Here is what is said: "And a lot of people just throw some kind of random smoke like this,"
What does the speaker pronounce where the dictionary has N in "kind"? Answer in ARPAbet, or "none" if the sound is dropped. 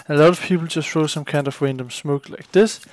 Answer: N